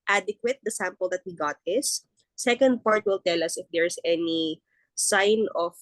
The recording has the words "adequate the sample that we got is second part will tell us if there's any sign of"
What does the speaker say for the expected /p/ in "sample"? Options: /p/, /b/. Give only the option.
/p/